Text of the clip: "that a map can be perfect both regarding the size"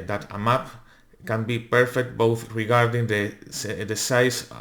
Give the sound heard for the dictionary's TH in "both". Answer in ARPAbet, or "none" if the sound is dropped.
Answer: TH